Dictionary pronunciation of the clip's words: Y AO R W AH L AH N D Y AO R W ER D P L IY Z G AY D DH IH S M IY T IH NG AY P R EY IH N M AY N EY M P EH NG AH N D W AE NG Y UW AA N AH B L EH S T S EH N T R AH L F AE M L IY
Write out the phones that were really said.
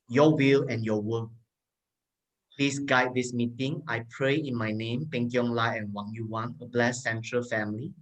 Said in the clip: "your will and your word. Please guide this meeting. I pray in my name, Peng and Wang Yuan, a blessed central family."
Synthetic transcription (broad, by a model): Y AO W AH L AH N Y AO W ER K P L IY S G AY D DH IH S M IY T IH NG AY P R EY IH N M AY N EY M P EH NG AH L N W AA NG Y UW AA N AH B L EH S S EH N T R AH L F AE M L IY